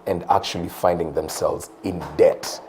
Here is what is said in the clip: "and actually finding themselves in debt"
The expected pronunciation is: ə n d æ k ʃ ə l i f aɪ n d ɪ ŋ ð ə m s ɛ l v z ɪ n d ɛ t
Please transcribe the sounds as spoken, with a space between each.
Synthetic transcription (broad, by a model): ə n d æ k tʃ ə l i f aɪ n d ɪ ŋ ð ə m s ɛ l v z ɪ n d ɛ t